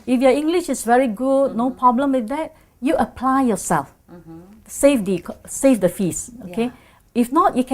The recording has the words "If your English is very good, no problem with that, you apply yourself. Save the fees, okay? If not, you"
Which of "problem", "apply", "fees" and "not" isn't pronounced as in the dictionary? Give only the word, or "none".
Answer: fees